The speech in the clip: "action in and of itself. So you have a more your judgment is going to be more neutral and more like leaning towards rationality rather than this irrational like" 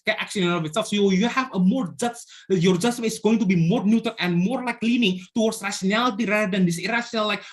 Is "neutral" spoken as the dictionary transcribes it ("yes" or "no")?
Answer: no